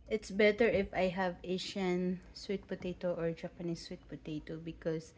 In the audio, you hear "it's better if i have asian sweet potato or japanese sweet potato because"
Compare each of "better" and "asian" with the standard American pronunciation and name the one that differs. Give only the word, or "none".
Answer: asian